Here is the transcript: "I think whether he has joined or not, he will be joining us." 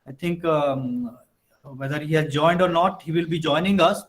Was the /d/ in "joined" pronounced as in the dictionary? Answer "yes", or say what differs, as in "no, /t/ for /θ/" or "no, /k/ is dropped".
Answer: yes